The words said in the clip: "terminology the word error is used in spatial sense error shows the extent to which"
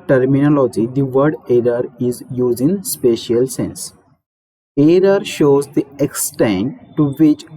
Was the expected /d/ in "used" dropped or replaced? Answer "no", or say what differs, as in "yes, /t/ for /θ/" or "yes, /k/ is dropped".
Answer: yes, /d/ is dropped